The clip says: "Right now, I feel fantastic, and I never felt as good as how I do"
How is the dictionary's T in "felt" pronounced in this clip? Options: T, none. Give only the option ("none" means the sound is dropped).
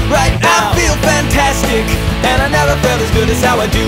none